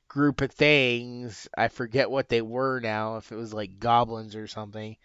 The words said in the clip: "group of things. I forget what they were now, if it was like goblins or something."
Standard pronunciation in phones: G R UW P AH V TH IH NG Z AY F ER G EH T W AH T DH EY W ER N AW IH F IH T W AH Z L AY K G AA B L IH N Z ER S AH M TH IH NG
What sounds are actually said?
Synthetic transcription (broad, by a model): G R UW P AH V TH IH NG Z AY F ER G EH T W AH T DH EY W ER N AW IH F IH T W AH Z L AY K G AA B L IH N Z ER S AH M TH IH NG